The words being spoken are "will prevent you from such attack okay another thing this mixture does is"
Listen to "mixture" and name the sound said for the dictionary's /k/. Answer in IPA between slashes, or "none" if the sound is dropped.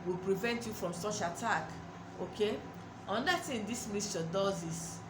none